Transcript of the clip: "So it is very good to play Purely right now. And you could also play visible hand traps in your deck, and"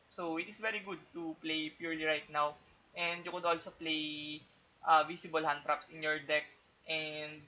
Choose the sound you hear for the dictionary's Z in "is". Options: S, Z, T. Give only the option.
S